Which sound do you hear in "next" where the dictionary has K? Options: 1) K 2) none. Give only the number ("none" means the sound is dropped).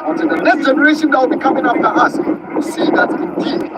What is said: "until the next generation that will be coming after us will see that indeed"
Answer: 2